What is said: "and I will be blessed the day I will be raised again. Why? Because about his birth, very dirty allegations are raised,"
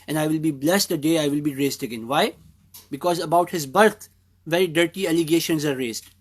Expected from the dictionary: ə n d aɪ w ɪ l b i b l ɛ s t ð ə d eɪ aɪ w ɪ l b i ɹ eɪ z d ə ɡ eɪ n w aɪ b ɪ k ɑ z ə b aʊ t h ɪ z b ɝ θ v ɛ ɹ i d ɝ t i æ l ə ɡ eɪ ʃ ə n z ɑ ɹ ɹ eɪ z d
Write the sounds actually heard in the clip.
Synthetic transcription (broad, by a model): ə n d aɪ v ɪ l b i b l ɛ s t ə d eɪ aɪ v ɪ l b i ɹ eɪ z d ə ɡ eɪ n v aɪ b ɪ k ɑ z ə b aʊ t h ɪ z b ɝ t v ɛ ɹ i d ɝ t i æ l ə ɡ eɪ ʃ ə n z ɑ ɹ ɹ eɪ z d